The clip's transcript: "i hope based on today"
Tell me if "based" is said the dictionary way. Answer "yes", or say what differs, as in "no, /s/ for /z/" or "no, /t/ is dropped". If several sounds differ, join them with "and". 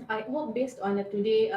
yes